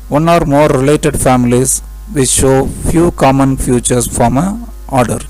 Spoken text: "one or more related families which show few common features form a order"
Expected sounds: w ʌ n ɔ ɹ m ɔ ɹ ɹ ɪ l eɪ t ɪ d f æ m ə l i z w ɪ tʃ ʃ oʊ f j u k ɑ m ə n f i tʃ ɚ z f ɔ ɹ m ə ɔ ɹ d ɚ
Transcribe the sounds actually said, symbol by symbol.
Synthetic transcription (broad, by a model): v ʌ n ɔ ɹ m ɔ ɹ ɹ ɪ l eɪ t ɪ d f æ m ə l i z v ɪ ʃ oʊ f j u k ɑ m ə n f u tʃ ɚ s f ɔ m ə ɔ ɹ d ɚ